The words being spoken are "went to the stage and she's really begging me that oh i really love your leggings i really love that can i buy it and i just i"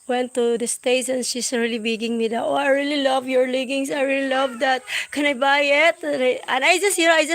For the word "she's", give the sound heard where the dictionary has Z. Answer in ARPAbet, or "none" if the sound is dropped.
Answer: S